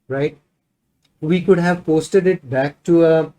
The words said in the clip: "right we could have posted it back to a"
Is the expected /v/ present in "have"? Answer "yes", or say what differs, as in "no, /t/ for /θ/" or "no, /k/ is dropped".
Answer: yes